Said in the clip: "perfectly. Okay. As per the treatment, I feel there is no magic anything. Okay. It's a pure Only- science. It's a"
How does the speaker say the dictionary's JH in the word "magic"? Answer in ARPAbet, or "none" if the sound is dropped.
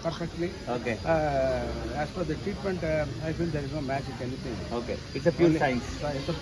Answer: CH